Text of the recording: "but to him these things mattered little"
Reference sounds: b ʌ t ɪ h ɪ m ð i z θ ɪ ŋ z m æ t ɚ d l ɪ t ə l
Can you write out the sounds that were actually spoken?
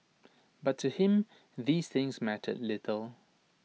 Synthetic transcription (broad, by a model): b ʌ t ɪ h ɪ m ð i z θ ɪ ŋ z m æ t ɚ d l ɪ t ə l